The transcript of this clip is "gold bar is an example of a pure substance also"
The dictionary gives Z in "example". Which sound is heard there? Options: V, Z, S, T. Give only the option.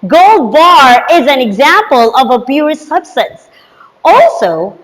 Z